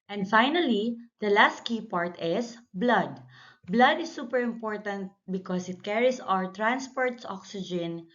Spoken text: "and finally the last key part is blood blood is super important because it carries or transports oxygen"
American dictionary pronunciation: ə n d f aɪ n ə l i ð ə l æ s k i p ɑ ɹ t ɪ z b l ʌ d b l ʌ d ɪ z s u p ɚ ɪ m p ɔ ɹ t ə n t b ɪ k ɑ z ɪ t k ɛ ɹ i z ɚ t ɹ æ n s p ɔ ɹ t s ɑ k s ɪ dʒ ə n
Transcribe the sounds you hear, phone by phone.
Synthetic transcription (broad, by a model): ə n d f aɪ n ə l i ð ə l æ s k i p ɑ ɹ t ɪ s b l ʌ d b l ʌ d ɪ s u p ɚ ɪ m p ɔ ɹ t ə n t b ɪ k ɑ s ɪ t k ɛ ɹ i s ɚ t ɹ æ n s p ɔ ɹ t s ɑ k s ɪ dʒ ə n